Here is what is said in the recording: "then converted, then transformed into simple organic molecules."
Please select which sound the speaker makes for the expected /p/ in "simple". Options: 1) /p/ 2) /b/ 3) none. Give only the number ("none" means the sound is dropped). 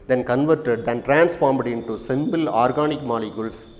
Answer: 2